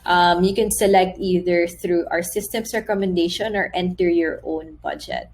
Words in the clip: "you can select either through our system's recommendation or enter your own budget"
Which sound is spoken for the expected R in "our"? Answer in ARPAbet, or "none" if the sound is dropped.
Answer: R